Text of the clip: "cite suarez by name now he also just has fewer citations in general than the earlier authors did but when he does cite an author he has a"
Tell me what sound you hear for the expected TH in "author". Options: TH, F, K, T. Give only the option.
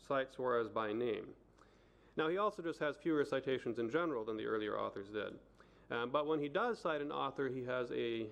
TH